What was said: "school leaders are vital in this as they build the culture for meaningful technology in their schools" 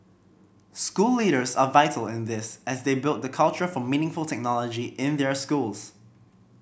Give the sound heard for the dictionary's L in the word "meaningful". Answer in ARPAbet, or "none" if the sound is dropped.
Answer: L